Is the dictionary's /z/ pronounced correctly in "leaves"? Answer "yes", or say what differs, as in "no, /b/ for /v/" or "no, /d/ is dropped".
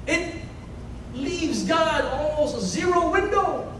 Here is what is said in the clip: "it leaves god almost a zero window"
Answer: yes